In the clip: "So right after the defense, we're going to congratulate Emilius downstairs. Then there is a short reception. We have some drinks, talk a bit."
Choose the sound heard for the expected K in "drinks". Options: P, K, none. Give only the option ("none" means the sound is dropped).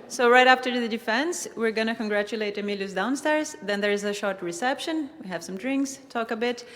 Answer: K